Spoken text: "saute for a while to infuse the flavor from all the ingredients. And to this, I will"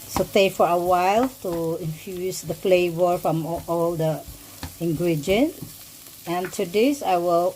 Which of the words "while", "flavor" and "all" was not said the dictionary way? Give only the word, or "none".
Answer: none